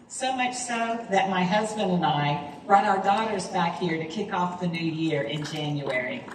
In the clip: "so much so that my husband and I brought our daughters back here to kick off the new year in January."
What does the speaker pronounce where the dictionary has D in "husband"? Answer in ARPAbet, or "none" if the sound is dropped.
D